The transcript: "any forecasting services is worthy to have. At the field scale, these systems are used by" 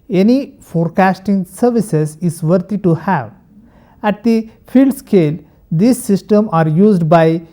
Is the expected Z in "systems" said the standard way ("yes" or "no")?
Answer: no